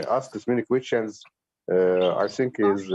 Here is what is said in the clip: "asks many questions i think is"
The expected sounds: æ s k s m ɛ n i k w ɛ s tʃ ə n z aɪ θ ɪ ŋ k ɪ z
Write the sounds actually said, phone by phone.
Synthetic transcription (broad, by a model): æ s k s m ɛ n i k w ɛ s tʃ ə n z aɪ θ ɪ ŋ k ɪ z